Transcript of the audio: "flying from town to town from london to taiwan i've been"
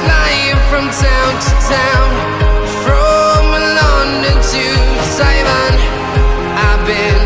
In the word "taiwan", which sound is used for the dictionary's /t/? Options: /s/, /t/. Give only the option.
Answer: /s/